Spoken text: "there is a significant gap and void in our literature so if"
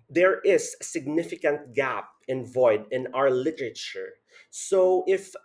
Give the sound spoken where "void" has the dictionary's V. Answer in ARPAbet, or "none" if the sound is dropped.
V